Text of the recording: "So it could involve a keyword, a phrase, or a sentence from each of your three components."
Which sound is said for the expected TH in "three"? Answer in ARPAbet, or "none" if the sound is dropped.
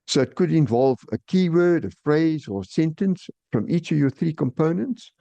TH